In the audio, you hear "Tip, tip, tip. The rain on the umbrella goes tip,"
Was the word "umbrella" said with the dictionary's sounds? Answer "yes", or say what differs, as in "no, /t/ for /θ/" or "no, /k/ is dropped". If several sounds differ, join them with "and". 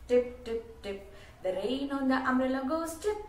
no, /b/ is dropped